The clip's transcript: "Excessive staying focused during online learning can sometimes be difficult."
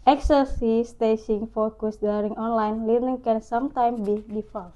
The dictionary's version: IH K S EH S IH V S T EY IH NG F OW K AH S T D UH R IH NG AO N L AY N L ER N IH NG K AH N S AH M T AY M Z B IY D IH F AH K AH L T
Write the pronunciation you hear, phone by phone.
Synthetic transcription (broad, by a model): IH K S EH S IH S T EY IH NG F OW K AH S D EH R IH NG AO N L AY N L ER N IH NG K AH N S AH M T AY M B IY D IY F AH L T